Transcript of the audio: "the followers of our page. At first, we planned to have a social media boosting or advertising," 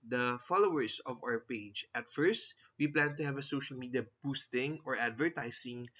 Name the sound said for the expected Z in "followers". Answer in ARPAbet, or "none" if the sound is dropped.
S